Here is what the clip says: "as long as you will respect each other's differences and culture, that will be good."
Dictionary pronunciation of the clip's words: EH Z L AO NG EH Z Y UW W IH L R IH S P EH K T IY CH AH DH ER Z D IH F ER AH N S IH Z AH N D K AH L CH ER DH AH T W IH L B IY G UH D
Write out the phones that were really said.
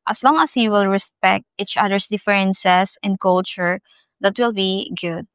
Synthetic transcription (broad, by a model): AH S L AO NG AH S Y UW W IH L R IH S P EH K T IY CH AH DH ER S D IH F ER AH N S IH S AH N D K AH L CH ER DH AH T W IH L B IY G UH D